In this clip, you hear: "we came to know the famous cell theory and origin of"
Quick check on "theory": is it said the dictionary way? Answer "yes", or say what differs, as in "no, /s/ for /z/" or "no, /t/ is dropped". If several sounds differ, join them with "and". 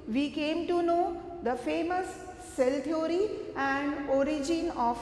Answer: no, /t/ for /θ/